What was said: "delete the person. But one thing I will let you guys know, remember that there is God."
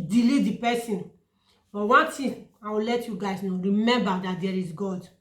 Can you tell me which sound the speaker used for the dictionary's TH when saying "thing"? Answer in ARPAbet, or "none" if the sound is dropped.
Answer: T